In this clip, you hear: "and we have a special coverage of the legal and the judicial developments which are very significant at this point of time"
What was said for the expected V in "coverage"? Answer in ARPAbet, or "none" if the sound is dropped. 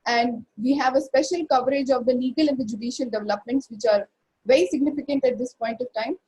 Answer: V